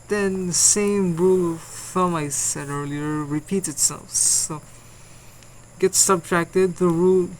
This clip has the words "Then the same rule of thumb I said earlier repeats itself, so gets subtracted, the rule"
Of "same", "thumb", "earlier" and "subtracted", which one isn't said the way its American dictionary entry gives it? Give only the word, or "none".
none